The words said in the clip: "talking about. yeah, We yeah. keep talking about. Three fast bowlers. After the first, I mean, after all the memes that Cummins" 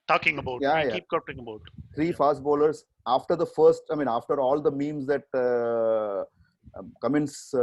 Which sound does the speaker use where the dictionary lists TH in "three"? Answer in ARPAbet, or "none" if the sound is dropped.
T